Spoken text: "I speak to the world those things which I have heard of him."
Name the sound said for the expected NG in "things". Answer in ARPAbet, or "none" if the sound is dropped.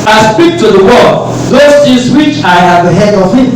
none